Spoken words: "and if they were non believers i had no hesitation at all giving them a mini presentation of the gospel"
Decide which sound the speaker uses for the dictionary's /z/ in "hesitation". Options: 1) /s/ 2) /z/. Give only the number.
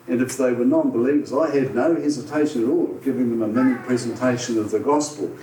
2